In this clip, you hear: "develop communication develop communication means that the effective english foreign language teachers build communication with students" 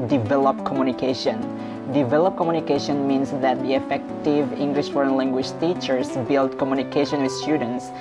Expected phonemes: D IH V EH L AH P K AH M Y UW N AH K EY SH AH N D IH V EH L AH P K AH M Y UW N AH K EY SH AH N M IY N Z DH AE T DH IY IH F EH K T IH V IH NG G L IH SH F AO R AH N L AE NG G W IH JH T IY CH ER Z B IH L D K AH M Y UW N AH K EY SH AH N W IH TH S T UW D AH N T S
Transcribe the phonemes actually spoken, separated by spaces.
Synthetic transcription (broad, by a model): D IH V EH L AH P K AH M Y UW N AH K EY SH AH N D IH V EH L AH P K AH M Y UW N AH K EY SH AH N M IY N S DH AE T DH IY IH F EH K T IH V IH NG G L IH SH F AO R AH N L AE NG G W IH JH T IY CH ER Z B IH L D K AH M Y UW N AH K EY SH AH N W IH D S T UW D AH N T S